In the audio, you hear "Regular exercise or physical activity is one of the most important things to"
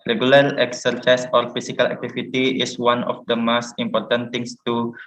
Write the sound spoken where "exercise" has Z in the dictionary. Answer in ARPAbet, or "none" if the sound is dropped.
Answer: S